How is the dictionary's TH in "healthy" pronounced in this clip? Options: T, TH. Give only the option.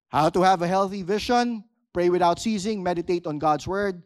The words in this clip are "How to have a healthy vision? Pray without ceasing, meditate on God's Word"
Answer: TH